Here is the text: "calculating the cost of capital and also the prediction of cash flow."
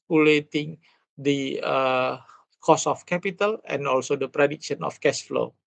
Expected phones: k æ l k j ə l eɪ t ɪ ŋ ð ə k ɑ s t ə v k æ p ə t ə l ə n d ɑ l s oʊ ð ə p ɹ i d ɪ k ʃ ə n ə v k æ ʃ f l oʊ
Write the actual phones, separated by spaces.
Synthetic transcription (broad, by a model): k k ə l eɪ t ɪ ŋ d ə k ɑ s ə f k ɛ p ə t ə l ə n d ɑ l s oʊ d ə p ɹ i d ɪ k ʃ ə n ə f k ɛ s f l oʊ